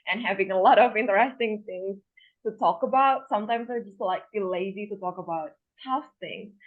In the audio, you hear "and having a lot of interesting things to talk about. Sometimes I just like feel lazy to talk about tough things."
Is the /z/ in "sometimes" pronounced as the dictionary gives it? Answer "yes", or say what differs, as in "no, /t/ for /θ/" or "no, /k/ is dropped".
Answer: yes